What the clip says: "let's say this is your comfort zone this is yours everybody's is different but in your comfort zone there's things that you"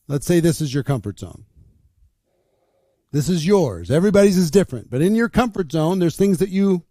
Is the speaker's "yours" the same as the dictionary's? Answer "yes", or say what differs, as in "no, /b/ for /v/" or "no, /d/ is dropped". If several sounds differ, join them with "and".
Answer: yes